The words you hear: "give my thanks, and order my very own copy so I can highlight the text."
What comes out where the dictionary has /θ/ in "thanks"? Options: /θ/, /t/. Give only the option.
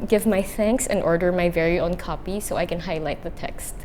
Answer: /θ/